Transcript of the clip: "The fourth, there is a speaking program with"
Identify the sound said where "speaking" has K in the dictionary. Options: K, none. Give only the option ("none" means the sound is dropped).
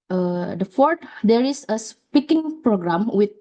K